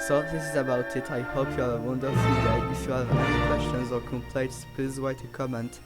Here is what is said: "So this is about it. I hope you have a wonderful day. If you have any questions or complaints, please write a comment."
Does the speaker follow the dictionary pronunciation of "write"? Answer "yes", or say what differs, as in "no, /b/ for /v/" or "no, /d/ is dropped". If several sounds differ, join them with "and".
no, /w/ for /ɹ/